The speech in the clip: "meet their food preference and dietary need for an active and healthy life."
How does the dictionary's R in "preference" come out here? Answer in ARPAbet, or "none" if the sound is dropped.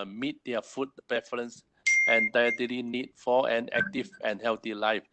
none